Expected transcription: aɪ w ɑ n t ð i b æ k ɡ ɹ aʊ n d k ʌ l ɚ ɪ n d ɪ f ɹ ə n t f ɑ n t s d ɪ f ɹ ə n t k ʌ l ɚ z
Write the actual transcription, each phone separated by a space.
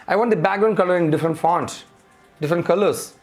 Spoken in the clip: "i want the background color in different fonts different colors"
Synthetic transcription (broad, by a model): aɪ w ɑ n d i b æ ɡ ɹ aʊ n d k ʌ l ɚ ɪ n d ɪ f ɹ ə n t f ɑ n t s d ɪ f ɹ ə n t k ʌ l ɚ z